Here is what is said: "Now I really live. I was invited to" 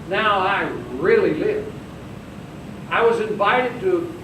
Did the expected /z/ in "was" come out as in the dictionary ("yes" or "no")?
yes